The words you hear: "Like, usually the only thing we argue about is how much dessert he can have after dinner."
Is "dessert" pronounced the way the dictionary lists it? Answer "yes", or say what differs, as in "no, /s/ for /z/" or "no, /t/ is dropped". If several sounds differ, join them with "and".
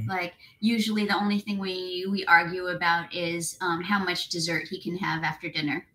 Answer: yes